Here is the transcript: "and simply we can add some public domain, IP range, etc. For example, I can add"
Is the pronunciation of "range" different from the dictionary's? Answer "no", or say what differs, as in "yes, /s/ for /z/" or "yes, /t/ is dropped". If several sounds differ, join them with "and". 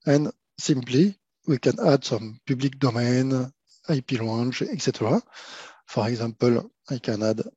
yes, /l/ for /ɹ/